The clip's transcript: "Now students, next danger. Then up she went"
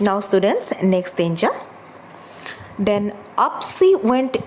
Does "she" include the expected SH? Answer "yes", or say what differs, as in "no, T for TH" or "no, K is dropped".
no, S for SH